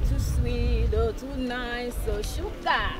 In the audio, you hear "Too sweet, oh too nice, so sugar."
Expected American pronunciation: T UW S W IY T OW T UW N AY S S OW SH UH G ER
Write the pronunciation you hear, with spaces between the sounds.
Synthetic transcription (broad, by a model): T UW S W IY OW T UW N AY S S OW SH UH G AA